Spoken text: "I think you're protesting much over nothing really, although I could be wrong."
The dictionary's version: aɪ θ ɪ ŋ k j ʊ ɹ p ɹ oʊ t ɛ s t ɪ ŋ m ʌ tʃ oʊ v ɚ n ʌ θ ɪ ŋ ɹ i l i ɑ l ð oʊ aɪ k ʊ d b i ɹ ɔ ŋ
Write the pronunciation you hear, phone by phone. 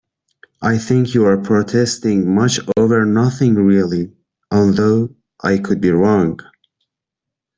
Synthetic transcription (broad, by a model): aɪ θ ɪ ŋ k j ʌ ɹ p ɹ oʊ t ɛ s t ɪ ŋ m ʌ tʃ oʊ v ɚ n ʌ θ ɪ ŋ ɹ i l i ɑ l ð oʊ aɪ k ʊ d b i ɹ ɔ ŋ